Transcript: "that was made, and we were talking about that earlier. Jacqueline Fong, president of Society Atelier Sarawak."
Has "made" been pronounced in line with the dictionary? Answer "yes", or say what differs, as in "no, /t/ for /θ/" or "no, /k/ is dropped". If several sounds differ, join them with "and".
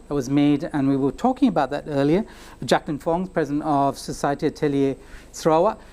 yes